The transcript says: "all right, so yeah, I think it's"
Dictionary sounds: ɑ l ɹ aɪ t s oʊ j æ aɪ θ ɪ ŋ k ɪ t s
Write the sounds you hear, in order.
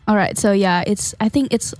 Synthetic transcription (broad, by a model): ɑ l ɹ aɪ t s oʊ j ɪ aɪ θ ɪ ŋ k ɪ t s